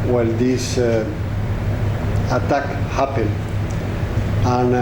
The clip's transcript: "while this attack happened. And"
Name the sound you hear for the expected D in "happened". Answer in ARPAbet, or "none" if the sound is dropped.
none